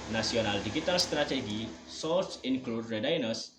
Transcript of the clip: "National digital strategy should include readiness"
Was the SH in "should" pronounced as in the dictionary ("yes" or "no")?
no